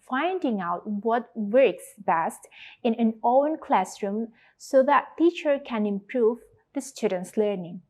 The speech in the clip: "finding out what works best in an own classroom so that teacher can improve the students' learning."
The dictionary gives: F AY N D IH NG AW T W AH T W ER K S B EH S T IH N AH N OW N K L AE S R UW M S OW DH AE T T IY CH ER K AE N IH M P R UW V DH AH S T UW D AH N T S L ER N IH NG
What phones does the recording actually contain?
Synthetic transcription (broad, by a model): F AY N D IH NG AW T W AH T W ER K S B EH S T IH N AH N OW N K L AE S R UW M S OW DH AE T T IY CH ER K AE N IH M P R UW V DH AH S T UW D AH N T S L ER N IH NG